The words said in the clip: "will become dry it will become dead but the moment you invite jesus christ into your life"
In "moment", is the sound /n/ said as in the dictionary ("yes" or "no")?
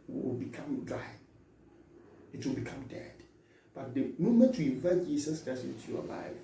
no